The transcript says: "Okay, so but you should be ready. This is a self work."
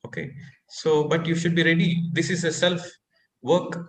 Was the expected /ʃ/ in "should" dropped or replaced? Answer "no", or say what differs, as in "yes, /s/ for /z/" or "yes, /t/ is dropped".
no